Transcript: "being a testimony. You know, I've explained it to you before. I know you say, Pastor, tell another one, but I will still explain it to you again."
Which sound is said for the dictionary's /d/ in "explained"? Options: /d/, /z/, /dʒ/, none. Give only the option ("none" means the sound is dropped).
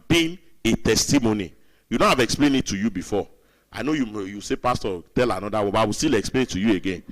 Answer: none